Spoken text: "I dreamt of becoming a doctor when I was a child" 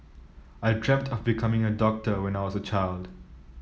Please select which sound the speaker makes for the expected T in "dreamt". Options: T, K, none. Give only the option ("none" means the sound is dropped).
T